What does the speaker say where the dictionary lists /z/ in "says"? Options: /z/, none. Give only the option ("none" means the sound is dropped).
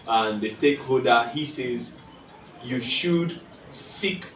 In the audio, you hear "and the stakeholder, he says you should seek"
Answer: /z/